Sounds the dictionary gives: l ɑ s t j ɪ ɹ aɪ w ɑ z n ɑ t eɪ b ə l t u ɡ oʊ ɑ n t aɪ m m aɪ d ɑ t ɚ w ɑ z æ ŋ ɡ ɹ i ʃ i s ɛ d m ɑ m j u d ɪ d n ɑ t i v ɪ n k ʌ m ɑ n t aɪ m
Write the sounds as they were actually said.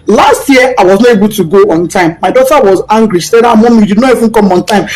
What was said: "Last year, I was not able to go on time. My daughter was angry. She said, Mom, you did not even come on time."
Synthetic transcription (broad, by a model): l ɑ s t j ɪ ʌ aɪ w ɑ z n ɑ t eɪ b ə l t u ɡ oʊ ɑ n t aɪ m m aɪ d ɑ t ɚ w ɑ z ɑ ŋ ɡ ɹ i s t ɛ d m ɑ m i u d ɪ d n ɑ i f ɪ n k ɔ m ɑ n t aɪ m